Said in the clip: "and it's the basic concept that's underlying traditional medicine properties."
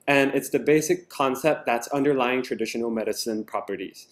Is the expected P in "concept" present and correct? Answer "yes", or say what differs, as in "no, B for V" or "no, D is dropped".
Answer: yes